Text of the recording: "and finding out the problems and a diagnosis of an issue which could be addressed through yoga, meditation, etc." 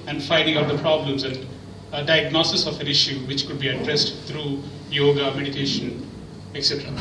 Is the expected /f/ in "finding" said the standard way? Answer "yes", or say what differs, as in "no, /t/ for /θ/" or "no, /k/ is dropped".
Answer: yes